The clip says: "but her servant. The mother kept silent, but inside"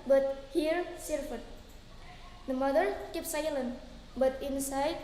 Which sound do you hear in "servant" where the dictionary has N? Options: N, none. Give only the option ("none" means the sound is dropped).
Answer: none